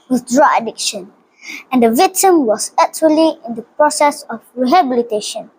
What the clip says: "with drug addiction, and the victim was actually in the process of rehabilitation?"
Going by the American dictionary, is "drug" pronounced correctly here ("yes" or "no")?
no